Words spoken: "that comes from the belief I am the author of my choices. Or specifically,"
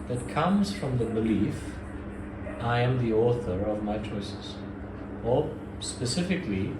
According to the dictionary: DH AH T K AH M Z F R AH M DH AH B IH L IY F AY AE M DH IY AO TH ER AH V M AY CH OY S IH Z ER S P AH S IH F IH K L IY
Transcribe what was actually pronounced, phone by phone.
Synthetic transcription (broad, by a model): DH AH T K AH M Z F R AH M DH AH B IH L IY F AY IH M DH IY AO TH ER AH V M AY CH OY S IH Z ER S P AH S IH F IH K L IY